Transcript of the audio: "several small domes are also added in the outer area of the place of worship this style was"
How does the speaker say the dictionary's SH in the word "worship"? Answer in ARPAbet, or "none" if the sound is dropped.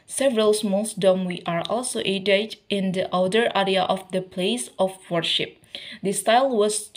SH